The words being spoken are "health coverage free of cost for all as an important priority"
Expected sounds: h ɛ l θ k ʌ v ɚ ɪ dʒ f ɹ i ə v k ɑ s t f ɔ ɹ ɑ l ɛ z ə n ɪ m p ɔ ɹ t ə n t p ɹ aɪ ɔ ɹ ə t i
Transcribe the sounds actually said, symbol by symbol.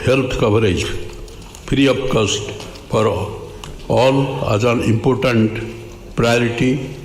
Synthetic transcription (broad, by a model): h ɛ l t k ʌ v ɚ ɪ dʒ p ɹ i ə p k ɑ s t p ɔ ɹ ɑ l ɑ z ə n ɪ m p ɔ ɹ t ə n t p ɹ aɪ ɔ ɹ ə t i